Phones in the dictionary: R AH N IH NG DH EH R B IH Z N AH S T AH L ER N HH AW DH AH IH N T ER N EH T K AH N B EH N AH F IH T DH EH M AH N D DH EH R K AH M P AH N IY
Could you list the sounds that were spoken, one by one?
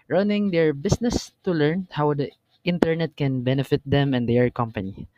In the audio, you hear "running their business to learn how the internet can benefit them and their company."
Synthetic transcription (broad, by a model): R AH N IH NG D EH R B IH S N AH S T AH L ER N HH AW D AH IH N T ER N EH T K AH N B EH N AH F IH T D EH M AH N D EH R K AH M P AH N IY